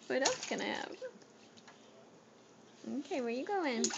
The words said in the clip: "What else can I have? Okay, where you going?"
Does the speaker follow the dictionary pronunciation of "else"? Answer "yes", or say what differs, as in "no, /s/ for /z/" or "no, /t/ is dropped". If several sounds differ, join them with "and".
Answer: no, /l/ is dropped